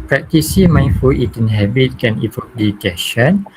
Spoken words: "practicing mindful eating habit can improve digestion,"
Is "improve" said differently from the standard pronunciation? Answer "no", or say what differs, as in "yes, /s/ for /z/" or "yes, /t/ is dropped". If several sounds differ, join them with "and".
yes, /m/ is dropped and /p/ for /v/